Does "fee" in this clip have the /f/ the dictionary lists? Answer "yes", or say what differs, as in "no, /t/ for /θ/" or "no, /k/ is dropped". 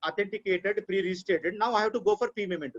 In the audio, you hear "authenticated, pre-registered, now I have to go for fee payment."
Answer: no, /p/ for /f/